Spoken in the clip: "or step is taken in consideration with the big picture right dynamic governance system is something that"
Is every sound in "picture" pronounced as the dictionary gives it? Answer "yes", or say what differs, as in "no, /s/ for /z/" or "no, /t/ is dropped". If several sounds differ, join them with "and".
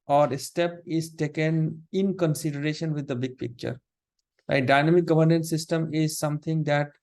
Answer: yes